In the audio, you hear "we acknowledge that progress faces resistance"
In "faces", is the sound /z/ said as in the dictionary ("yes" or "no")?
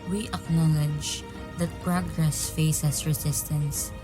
no